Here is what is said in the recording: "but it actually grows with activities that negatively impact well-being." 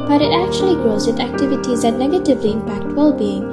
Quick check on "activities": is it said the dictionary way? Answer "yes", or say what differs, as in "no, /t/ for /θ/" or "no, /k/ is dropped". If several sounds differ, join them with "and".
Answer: yes